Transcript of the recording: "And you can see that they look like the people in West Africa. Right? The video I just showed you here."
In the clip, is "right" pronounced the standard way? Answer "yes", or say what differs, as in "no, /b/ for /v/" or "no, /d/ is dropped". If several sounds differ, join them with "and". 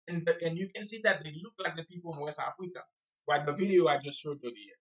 no, /w/ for /ɹ/